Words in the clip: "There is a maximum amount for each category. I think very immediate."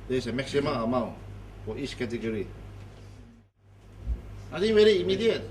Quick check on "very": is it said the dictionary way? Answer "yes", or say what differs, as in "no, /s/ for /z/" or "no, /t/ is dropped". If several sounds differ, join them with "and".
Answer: yes